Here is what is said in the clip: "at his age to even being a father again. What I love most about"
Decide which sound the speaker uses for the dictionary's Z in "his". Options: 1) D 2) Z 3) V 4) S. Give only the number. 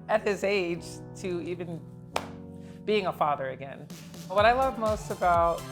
2